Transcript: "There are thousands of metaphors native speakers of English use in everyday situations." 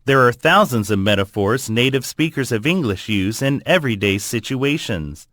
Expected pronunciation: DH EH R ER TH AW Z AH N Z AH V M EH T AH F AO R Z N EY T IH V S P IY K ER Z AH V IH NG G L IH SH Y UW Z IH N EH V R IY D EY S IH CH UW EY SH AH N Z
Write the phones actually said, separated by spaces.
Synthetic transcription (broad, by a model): DH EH R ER TH AW Z AH N Z AH V M EH T AH F AO R Z N EY T IH V S P IY K ER Z AH V IH NG G L IH SH Y UW Z IH N EH V R IY D EY S IH CH UW EY SH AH N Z